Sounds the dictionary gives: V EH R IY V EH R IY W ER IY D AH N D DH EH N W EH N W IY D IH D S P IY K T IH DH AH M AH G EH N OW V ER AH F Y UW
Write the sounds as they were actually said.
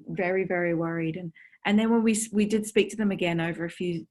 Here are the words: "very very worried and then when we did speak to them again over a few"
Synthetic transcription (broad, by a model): V EH R IY V EH R IY W ER IY D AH N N DH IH N W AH N W IY D IH D S P IY K T IH DH AH M AH G EH N OW V ER AH F Y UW